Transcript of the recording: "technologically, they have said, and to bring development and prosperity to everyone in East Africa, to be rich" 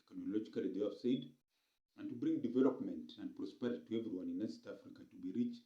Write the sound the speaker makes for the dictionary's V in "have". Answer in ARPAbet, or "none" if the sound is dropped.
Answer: F